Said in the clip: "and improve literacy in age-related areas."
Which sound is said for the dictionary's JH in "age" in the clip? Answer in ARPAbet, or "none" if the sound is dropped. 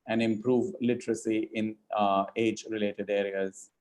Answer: JH